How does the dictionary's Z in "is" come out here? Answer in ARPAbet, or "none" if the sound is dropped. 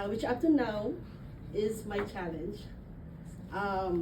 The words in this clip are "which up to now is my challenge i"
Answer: Z